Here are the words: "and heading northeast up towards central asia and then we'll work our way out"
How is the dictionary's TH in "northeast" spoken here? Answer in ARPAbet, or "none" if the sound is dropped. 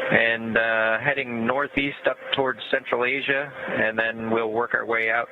TH